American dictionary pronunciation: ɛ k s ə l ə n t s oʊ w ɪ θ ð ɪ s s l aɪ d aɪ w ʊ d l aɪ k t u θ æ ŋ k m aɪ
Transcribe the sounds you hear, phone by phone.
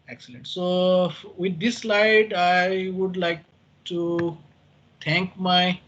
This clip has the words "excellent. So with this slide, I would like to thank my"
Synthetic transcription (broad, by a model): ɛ k s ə l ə n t s oʊ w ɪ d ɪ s s l aɪ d aɪ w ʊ d l aɪ k t u t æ ŋ k m aɪ